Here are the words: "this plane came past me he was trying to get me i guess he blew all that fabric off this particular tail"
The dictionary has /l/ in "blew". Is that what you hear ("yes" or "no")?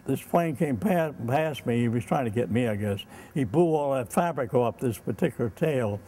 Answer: no